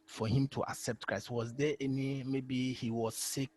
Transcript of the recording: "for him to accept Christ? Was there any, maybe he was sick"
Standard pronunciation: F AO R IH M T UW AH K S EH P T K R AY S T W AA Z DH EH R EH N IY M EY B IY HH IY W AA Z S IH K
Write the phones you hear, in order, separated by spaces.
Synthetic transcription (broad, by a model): F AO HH IH M T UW AH K S EH P T K R AY S T W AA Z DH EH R EH N IY M EY B IY HH IY W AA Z S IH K